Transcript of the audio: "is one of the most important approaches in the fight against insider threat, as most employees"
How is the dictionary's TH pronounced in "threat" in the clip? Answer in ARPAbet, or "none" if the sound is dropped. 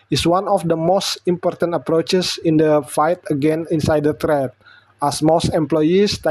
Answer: T